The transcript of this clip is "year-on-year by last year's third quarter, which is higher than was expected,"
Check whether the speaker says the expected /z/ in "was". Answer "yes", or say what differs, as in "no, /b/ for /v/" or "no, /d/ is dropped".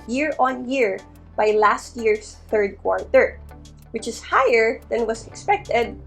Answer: no, /s/ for /z/